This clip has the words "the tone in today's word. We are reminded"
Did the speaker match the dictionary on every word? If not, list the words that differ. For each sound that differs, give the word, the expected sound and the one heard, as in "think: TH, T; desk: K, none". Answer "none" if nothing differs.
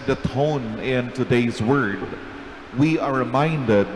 none